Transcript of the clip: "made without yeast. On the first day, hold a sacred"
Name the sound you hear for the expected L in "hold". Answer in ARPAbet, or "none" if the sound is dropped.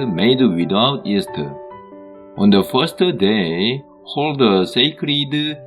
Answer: L